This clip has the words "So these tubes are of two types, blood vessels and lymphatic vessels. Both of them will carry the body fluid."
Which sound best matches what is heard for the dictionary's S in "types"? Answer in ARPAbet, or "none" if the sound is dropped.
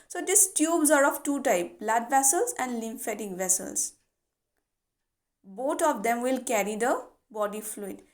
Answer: none